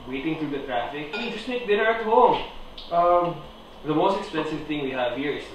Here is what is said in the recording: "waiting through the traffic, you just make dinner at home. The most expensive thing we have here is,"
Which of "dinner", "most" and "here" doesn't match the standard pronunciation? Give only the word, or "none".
dinner